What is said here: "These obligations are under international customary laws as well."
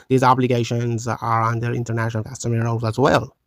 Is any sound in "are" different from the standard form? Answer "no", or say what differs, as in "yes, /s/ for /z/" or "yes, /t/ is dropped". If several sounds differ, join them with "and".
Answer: no